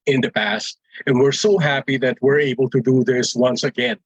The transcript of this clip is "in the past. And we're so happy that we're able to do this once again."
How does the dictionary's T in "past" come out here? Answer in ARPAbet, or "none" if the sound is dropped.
T